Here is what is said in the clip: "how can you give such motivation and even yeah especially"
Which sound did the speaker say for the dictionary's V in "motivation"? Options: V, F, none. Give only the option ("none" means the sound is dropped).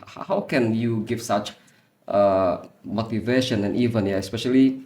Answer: V